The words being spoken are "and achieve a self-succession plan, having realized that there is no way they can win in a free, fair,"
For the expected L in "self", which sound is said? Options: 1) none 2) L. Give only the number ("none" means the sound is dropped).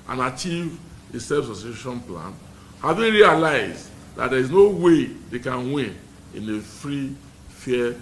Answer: 1